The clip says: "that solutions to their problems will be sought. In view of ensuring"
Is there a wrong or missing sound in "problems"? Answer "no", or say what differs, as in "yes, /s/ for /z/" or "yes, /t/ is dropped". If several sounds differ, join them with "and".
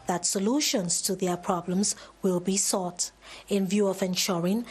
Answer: no